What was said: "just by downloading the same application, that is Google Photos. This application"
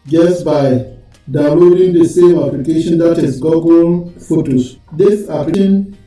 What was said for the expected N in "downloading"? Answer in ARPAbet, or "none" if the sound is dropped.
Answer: none